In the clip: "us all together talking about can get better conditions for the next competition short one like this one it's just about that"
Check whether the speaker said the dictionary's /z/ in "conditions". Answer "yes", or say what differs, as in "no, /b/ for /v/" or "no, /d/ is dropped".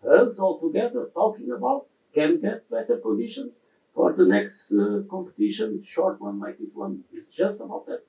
no, /z/ is dropped